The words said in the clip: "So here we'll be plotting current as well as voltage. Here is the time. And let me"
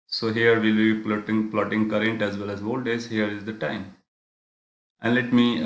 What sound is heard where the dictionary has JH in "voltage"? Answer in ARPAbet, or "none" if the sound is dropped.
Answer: Z